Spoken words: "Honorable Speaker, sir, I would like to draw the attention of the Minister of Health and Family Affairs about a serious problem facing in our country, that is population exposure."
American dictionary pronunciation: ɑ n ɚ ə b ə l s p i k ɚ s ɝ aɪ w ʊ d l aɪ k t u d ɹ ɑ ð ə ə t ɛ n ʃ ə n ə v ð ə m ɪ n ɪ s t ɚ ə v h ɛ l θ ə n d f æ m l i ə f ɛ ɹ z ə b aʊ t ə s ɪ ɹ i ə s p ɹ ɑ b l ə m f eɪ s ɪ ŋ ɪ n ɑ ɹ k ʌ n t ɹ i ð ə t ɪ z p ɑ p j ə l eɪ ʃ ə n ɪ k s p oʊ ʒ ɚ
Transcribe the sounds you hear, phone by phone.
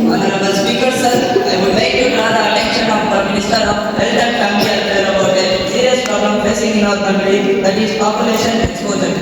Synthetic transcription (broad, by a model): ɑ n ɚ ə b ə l s p i k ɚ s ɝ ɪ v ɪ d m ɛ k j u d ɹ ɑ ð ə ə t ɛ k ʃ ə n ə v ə m ɪ n ɪ s t ɚ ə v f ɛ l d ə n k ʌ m i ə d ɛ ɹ ə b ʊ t ə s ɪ ɹ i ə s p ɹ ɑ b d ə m p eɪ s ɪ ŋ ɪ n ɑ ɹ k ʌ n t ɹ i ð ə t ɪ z p ɑ p j ə l eɪ ʃ ə n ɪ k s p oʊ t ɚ